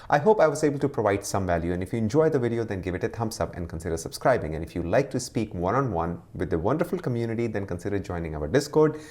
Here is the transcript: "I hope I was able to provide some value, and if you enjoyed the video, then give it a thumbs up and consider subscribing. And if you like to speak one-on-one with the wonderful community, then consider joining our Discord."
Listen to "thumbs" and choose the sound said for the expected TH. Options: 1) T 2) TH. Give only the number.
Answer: 1